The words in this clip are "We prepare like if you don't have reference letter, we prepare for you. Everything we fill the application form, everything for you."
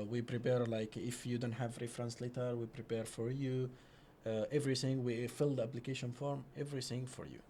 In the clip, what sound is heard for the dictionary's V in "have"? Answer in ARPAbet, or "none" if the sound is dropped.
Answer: V